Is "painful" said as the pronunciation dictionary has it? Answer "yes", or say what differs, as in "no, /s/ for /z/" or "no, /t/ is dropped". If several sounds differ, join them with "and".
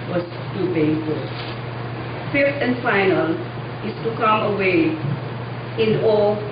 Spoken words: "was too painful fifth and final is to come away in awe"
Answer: no, /b/ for /p/